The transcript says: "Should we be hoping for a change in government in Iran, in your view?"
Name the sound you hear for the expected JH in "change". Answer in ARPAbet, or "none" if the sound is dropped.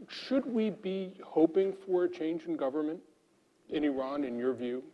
JH